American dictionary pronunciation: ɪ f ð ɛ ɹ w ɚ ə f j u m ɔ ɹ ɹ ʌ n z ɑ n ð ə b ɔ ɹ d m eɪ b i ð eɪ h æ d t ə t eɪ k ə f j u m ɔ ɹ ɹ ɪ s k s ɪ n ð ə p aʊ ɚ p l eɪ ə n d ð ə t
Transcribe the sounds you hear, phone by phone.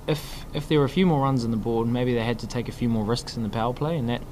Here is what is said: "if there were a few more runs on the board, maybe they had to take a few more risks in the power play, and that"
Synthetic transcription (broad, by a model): ɪ f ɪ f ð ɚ ə f j u m ɔ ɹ ɹ ʌ n z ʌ n ð ə b ɔ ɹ d m eɪ b i ð eɪ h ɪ d t ə t eɪ k ə f j u m ɔ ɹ ɹ ɪ s k s ɪ n ð ə p aʊ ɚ p l eɪ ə n ð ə t